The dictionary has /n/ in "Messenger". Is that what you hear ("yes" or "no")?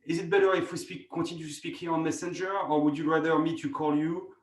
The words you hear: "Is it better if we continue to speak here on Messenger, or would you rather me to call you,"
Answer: yes